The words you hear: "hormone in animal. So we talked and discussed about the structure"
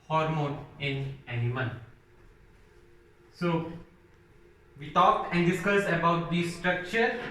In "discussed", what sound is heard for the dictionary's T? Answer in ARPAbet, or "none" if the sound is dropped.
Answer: none